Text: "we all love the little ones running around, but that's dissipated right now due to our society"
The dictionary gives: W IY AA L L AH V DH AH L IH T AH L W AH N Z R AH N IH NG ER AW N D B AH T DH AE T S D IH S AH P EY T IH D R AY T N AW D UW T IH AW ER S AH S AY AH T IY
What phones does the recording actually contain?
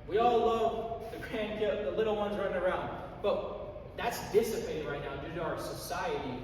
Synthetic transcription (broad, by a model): W IY AA L L AH V DH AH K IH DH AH L W AH N Z R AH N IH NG ER AW N D B AH T DH AE T S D IH S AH P EY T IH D R AY T N AW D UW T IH AW ER S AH S AY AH T IY